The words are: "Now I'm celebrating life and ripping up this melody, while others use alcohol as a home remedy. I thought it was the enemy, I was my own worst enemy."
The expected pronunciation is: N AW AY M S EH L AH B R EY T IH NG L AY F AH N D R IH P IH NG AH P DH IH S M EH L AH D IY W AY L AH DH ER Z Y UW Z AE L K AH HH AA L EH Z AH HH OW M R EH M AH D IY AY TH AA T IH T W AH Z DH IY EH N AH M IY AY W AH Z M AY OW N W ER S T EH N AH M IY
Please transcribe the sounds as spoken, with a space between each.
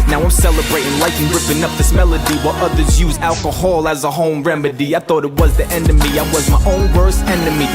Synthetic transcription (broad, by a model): N AW AY M S EH L AH B R EY T IH NG L AY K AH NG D R IH P IH NG AH P DH IH S M EH L AH D IY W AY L AH DH ER Z Y UW Z AE L K AH HH AA L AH Z AH HH OW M R EH M AH D IY AY TH AA T IH T W AH Z DH IY EH N AH M IY AY W AH Z M AY OW N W ER S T EH N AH M IY